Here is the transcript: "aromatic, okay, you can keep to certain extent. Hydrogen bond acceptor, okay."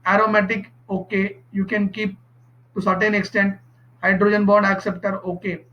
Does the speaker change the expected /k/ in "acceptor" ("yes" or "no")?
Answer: no